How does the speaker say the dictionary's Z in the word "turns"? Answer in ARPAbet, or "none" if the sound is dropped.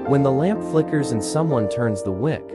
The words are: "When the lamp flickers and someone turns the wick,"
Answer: Z